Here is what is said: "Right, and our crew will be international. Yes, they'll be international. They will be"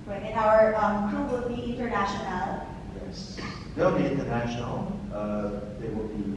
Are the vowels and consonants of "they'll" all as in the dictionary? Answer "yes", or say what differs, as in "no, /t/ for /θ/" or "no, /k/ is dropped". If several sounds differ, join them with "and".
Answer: yes